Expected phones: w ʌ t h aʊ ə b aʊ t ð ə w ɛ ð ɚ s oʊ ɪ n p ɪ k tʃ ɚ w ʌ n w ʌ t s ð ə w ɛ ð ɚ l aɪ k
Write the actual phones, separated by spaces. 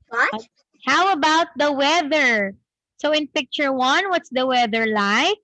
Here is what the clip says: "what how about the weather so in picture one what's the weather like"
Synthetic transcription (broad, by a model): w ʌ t h aʊ ə b aʊ t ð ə w ɛ ð ɚ s oʊ ɪ n p ɪ k tʃ ɚ w ʌ n w ʌ t s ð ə w ɛ ð ɚ l aɪ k